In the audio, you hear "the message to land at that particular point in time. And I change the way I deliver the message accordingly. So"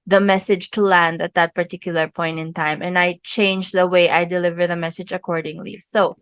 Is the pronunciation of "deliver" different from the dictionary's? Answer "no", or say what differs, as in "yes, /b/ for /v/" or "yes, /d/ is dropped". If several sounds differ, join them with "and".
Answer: no